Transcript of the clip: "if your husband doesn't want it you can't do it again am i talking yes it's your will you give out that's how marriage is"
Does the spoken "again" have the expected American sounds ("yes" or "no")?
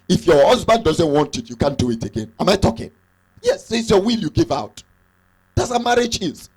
yes